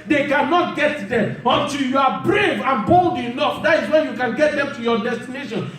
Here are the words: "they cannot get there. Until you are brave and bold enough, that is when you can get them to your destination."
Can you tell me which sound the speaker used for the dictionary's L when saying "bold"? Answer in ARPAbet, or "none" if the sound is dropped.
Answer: L